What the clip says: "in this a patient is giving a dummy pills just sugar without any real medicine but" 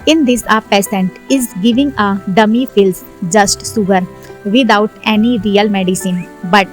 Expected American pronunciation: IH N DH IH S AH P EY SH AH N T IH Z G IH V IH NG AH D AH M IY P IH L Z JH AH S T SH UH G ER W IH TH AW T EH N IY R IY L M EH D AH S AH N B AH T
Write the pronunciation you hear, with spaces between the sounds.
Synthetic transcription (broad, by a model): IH N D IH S AH P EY S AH N T IH Z G IH V IH NG AH D AH M IY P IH L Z JH AH S T S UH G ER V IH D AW T EH N IY R IY L M EH D AH S AH N B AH T